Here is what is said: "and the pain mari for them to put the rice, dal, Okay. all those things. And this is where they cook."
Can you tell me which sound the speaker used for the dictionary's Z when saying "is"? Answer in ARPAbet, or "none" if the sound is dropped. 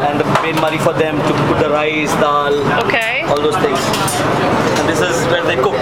Z